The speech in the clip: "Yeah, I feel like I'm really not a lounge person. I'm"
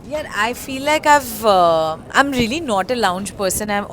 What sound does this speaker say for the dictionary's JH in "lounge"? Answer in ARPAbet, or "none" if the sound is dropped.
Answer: JH